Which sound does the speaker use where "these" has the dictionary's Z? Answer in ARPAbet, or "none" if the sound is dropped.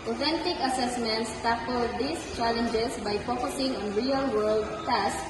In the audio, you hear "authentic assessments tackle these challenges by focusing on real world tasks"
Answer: S